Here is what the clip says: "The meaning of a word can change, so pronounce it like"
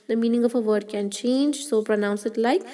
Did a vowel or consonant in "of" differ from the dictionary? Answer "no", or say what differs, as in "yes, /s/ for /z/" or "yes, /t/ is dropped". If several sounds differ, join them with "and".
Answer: yes, /f/ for /v/